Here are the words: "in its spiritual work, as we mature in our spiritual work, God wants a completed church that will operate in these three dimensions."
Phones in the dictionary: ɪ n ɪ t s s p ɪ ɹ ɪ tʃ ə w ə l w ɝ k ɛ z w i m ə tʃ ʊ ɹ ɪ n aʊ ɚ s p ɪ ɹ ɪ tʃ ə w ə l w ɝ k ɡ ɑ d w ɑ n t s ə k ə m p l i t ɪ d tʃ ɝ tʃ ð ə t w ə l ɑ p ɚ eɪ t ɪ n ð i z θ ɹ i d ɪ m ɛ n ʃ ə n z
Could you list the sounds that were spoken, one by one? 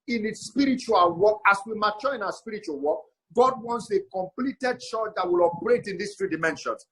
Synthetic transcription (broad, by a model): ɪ n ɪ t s s p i ɹ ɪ tʃ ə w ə l w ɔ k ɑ s w i m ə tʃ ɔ ɪ n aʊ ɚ s p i ɹ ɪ tʃ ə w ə l w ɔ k ɡ ɑ d w ɑ n t s ə k ə m p l i t ɪ d ʃ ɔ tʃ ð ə t w ə l ɑ p ɚ eɪ t ɪ n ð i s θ ɹ i d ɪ m ɛ n ʃ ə n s